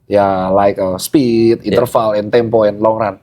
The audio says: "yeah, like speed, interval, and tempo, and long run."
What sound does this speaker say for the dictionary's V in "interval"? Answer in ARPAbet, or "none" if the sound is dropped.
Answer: F